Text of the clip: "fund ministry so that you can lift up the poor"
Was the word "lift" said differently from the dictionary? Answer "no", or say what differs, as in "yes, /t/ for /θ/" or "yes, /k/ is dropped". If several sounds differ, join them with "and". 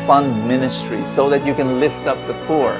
no